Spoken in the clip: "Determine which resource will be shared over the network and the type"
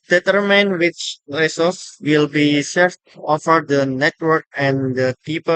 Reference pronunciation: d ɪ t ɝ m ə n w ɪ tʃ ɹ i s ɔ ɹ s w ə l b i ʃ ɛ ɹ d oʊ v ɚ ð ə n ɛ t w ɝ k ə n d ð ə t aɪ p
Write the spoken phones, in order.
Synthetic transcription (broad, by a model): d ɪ t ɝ m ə n w ɪ tʃ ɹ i s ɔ s w ə l b i s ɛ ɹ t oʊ f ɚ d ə n ɛ t w ɝ k ə n d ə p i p